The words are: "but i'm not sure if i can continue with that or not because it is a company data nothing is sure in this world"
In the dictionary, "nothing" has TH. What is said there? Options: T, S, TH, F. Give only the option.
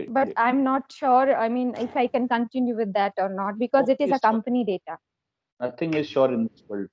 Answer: T